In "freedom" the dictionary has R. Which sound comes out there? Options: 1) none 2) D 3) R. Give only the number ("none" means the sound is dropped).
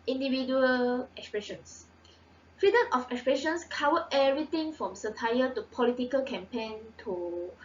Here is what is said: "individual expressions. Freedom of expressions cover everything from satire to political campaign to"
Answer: 1